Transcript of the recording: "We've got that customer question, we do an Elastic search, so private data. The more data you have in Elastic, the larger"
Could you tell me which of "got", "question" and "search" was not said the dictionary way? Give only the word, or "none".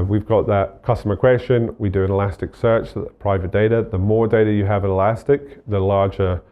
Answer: none